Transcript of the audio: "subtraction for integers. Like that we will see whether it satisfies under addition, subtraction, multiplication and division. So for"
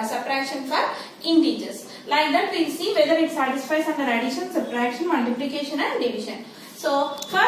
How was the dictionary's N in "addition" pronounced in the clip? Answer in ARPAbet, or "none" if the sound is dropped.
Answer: L